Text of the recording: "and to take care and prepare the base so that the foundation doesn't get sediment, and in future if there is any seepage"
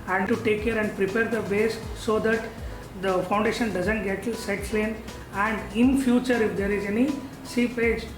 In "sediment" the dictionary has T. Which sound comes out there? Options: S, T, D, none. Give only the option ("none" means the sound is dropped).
none